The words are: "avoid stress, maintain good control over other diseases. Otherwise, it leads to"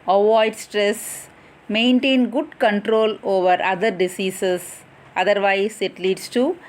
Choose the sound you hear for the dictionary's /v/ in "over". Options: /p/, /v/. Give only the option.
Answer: /v/